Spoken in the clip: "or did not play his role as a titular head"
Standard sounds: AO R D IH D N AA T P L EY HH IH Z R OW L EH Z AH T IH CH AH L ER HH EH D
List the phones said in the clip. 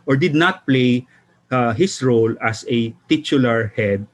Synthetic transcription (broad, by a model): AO R D IH D N AA T P L EY HH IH S R OW L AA S AH T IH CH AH L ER HH EH D